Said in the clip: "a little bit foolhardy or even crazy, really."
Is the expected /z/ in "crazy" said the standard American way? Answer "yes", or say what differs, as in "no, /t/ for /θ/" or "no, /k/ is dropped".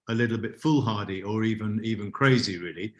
yes